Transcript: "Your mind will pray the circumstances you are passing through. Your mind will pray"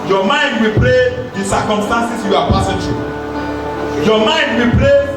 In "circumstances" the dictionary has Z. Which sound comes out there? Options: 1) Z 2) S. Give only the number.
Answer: 2